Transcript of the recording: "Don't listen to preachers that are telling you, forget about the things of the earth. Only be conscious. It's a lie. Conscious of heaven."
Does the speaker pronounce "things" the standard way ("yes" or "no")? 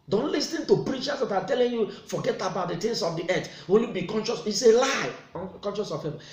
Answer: no